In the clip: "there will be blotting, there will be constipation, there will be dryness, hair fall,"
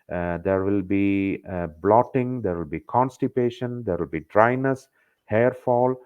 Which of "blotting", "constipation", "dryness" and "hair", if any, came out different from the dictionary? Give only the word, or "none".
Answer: none